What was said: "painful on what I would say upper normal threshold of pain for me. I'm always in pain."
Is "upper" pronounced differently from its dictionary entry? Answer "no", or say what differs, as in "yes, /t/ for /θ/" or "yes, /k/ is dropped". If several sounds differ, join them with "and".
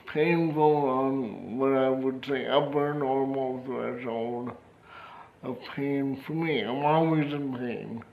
yes, /b/ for /p/